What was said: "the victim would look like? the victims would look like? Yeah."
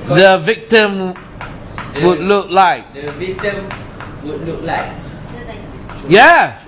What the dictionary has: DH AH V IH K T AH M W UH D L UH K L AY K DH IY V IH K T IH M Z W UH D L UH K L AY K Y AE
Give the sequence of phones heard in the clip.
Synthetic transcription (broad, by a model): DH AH V IH K T AH M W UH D L UH K L AY K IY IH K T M W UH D L UH K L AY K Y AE